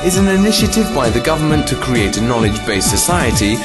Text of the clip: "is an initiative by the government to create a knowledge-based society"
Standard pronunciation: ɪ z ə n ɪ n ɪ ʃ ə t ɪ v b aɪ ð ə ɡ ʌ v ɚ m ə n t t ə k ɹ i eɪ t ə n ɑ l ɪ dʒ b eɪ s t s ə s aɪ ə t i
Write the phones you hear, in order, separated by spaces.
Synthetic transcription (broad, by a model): ɪ z ə n ɪ n ɪ ʃ ə t ɪ v b aɪ ð ə ɡ ʌ v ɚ m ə n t t ə k ɹ i eɪ t ə n ɑ l ɪ dʒ b eɪ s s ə s aɪ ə t i